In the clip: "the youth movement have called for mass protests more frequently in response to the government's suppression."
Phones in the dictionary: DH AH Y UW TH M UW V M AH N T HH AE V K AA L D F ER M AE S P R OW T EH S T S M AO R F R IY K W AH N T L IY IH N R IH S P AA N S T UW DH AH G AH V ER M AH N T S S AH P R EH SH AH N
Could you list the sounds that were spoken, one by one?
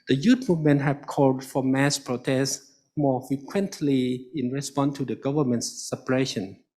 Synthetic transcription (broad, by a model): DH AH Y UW T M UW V M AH N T HH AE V K AA L D F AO M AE S P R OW T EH S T M AO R F R IY K W AH N T L IY IH N R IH S P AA N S T UW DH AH G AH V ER M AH N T S S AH P R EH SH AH N